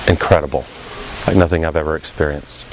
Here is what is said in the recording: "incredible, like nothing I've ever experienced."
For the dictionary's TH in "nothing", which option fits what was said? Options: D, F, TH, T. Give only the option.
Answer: TH